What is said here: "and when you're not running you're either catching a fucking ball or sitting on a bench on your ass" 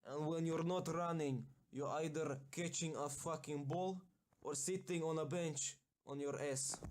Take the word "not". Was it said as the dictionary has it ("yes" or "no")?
yes